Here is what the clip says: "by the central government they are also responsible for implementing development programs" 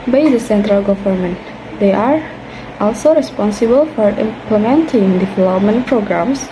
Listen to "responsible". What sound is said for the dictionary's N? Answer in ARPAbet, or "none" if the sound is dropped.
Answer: N